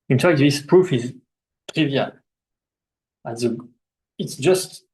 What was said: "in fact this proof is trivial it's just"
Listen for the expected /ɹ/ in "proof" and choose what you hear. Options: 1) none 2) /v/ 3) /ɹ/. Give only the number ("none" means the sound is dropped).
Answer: 3